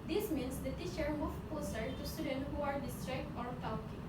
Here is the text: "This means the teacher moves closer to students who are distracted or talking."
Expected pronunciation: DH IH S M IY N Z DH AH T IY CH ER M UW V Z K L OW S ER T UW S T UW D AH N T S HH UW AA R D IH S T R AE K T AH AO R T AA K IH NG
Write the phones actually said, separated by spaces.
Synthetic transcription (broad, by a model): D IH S M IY N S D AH T IY CH ER M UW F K OW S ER T UW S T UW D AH N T HH UW AA R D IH S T R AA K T AO R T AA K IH